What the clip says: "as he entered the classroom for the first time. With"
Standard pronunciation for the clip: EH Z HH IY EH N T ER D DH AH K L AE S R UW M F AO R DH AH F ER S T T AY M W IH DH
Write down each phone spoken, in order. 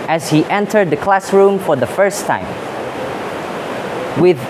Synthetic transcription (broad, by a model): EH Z HH IY EH N T ER D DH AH K L AE S R UW M F AO R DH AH F ER S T T AY M W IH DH